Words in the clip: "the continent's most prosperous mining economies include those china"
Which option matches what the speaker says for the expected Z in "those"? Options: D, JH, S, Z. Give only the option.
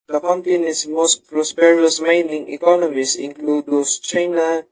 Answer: S